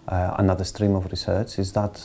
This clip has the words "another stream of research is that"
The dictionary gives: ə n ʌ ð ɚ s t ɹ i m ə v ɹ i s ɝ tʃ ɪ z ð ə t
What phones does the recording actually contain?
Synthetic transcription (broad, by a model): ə n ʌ ð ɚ s t ɹ i m ə v ɹ i s ɝ tʃ ɪ z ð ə t